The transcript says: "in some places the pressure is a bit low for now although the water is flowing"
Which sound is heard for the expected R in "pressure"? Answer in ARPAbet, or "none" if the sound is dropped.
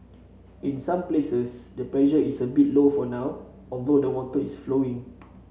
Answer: L